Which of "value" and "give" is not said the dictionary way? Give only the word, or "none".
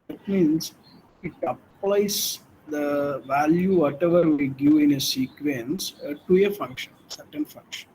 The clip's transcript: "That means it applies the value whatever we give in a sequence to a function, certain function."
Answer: give